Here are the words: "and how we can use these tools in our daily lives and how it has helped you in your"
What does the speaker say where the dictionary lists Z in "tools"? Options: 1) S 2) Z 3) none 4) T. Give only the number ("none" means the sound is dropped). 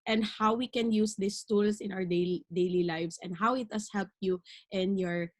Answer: 1